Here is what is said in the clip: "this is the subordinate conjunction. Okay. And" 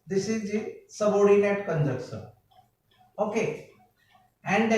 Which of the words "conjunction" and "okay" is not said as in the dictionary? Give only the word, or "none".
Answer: conjunction